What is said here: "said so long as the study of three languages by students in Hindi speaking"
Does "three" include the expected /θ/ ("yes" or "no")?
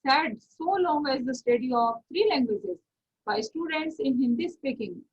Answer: no